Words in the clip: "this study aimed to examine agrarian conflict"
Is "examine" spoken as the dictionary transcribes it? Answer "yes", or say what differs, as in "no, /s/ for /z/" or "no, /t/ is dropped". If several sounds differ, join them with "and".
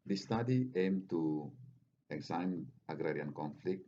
no, /m/ is dropped